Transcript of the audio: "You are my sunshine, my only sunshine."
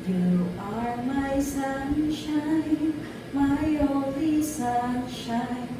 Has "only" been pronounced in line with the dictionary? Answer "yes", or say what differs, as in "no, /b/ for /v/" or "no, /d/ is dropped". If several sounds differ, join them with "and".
no, /n/ is dropped